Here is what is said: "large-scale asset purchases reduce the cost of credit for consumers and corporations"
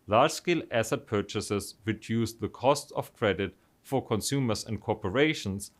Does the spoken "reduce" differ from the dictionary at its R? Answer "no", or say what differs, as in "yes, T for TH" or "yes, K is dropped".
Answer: yes, W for R